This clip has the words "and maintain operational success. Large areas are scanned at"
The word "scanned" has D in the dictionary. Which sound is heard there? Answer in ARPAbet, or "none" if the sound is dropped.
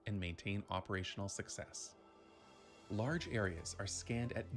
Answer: D